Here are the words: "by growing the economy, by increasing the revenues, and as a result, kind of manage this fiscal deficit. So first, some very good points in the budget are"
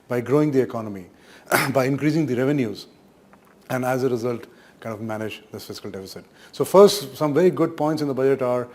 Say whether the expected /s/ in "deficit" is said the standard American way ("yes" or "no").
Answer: yes